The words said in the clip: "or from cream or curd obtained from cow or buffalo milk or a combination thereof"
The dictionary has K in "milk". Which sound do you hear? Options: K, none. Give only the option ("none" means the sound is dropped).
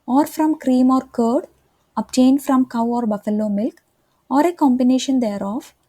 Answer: K